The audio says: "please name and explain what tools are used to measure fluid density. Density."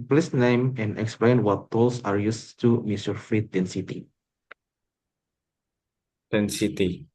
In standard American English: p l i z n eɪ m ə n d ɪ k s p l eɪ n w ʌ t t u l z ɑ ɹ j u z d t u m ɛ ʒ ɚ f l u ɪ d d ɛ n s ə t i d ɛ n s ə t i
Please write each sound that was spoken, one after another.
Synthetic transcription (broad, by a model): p l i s n eɪ m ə n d ɪ k s p l eɪ n w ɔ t t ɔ l s ɑ ɹ j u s t u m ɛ s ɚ f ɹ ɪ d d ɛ n s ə t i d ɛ n s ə t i